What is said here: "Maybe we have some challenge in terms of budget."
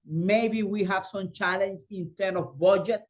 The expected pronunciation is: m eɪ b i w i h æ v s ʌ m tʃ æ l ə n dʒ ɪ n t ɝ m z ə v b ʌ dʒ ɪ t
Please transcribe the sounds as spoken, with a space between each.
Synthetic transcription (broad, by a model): m eɪ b i w i h æ v s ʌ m tʃ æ l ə n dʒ ɪ n t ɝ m ə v b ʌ dʒ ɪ t